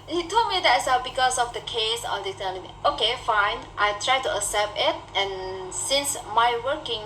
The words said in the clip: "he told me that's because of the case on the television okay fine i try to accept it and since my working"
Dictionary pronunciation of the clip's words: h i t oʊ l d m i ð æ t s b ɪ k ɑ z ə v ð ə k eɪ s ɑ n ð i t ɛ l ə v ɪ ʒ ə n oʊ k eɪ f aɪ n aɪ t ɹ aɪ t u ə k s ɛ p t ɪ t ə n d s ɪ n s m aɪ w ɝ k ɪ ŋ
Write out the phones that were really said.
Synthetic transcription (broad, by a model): h i t oʊ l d m i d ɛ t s b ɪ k ɑ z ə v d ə k eɪ s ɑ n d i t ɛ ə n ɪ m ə oʊ k eɪ f aɪ n aɪ t ɹ aɪ t u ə s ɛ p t ɪ t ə n s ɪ n s m aɪ w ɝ k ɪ ŋ